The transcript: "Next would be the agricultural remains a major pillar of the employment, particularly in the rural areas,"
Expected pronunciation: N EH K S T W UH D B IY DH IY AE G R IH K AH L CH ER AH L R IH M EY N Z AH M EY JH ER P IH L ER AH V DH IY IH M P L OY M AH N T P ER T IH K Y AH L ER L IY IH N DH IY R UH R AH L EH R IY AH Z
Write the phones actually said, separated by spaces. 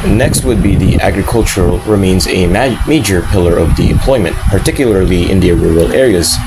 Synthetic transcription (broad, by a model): N EH K S T W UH D B IY DH IY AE G R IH K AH L CH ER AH L R IH M EY N Z AH M EY JH ER P IH L ER AH V DH IY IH M P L OY M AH N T P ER T IH K Y L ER L IY IH N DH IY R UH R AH L EH R IY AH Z